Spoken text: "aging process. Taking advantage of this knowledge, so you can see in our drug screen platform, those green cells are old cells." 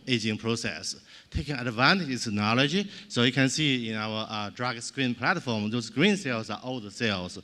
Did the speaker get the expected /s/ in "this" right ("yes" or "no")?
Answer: no